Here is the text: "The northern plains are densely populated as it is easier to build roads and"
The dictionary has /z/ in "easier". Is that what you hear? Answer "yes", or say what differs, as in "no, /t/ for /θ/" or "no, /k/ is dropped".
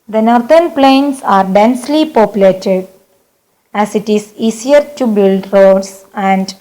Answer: no, /s/ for /z/